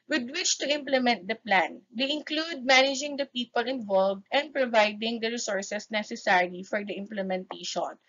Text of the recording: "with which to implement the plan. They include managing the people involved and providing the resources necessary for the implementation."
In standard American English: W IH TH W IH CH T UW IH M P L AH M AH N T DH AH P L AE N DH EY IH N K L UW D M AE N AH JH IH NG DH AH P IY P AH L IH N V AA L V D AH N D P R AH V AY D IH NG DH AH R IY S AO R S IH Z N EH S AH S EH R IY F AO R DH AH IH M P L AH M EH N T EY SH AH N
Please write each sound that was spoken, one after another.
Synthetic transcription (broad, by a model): W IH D W IH CH T UW IH M P L AH M AH N T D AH P L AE N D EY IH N K L UW D M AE N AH JH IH NG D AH P IY P AH L IH N V AA L V D AH N D P R AH V AY D IH NG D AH R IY S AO R S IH S N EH S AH S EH R IY F AO R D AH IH M P L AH M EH N T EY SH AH N